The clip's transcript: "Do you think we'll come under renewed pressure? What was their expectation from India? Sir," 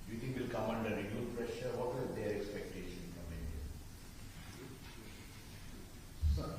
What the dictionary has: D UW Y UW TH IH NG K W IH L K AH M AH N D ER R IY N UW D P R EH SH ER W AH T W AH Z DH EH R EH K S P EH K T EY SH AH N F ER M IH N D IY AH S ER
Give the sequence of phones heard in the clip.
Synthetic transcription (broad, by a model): Y UW T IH NG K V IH L K AH M AH N D ER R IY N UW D P R EH SH ER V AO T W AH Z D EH R EH K S P EH K T EY SH AH N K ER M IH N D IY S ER